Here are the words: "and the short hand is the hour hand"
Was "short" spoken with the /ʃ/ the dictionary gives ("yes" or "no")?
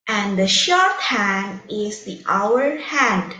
yes